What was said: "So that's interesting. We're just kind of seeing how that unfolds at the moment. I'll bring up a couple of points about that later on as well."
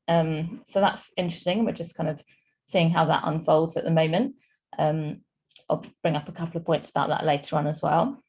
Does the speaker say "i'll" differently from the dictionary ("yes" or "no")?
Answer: no